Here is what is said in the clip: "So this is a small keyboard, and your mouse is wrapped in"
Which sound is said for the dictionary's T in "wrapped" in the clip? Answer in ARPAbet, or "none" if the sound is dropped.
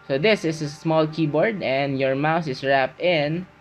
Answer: T